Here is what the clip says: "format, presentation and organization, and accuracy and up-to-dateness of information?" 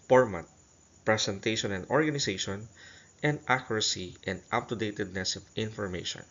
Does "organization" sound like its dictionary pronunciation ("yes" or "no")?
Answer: no